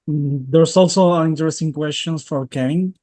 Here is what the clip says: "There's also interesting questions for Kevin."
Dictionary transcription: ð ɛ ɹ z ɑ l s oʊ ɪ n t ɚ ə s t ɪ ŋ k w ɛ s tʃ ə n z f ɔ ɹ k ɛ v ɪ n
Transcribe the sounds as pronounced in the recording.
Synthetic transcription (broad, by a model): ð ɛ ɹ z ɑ l s oʊ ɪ n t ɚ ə s t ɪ ŋ k w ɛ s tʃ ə n s f ɔ ɹ k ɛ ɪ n